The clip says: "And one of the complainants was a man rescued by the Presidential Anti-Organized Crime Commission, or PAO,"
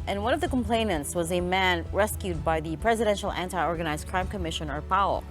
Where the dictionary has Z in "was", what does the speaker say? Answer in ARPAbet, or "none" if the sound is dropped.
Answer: Z